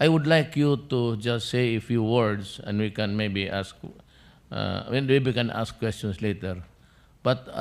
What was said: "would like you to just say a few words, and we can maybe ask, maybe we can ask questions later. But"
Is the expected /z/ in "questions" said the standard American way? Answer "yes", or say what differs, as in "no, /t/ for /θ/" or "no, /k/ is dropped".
no, /s/ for /z/